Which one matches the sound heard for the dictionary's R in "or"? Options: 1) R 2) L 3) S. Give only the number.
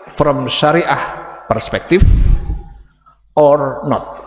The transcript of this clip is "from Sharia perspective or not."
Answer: 1